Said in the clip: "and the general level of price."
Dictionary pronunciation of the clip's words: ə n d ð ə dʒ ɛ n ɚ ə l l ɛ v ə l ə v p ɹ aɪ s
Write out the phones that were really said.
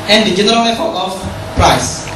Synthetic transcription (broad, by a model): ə n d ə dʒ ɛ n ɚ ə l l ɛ p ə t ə f p ɹ aɪ s